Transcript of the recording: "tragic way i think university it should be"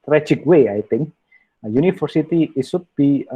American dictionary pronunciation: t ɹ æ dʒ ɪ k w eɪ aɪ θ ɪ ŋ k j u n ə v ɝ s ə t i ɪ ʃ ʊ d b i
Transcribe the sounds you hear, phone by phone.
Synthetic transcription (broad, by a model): t ɹ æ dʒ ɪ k w eɪ aɪ t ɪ ŋ k j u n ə f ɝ s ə t i ɪ s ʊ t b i